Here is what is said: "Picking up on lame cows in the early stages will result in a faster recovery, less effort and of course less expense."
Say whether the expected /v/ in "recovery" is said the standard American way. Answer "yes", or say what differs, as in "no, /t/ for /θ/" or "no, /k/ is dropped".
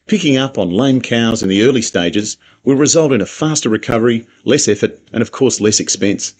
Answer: yes